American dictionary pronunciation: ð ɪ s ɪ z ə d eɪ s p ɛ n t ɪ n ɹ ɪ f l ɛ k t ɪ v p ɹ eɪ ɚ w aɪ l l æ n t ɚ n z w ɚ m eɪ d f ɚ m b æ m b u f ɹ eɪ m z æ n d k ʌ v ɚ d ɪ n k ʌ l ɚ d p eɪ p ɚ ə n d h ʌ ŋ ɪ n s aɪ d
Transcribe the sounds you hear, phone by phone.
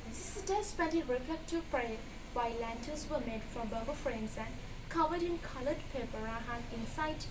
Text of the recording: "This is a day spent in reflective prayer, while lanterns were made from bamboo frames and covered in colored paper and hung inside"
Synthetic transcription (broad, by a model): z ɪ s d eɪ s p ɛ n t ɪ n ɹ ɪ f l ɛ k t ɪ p ɹ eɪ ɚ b aɪ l l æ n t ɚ z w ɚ m eɪ d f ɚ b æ b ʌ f ɹ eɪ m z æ n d k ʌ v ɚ d ɪ n k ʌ l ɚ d p eɪ p ɚ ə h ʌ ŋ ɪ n s aɪ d